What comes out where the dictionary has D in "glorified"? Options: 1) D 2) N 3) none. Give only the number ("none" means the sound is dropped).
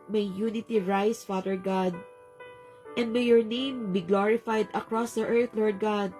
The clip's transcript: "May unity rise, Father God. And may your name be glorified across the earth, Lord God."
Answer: 1